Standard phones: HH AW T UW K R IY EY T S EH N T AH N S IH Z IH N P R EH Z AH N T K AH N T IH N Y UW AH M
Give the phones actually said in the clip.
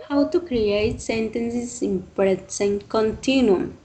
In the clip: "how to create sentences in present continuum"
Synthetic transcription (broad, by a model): HH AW T UW K R IY EY T S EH N T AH N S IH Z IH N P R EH S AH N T K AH N T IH N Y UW